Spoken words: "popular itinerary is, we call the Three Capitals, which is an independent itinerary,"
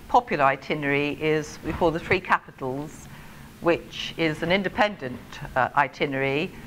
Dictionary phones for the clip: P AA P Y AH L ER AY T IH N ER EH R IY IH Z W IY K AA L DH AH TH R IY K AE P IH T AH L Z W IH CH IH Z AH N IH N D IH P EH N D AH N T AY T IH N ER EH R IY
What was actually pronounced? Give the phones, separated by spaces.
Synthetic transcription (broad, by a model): P AA P Y L ER AY T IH N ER R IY IH Z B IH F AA DH AH TH R IY K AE P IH T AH L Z W IH CH IH Z AH N IH N D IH P EH N D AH N T AY T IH N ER R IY